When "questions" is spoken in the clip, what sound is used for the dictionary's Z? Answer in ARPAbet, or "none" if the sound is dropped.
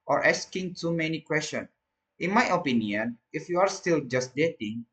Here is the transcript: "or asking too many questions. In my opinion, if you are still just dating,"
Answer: none